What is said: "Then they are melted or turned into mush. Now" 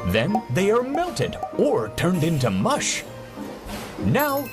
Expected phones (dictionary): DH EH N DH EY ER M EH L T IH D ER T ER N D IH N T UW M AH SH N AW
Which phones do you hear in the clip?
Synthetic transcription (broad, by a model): DH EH N DH EY ER M EH L T IH D ER T ER N D IH N T UW M AH SH N AW